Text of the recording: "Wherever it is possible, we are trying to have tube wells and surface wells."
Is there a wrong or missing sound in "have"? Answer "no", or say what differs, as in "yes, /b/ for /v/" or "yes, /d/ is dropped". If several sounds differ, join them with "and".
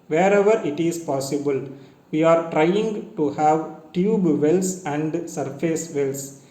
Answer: no